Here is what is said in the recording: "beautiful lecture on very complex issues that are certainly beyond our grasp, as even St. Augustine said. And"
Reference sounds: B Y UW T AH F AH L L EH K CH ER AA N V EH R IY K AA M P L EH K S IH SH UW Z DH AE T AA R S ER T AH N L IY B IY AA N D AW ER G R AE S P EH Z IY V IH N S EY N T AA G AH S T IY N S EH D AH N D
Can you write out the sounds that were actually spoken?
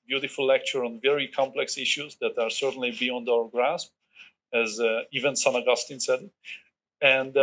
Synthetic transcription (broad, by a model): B Y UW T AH F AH L L EH K CH ER AA N V EH R IY K AA M P L EH K S IH SH UW Z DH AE T AA R S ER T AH N L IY B IY AA N D AW ER G R AE S P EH Z IY V IH N S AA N AA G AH S T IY N S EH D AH N D